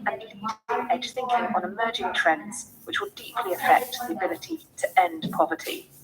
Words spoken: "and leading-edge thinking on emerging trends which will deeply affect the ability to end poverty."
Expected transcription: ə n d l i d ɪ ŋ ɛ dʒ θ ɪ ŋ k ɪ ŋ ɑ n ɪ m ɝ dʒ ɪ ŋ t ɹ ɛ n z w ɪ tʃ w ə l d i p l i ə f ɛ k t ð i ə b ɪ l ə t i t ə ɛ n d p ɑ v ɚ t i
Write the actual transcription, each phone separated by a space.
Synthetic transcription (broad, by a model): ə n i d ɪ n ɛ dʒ θ ɪ ŋ k ɪ ŋ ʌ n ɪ m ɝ dʒ ɪ ŋ t ɹ ɛ n z w ɪ tʃ w ə l d i p l i ə f ɛ k t ð i ə b ɪ l ə t i t ə ɛ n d p ɑ v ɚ t i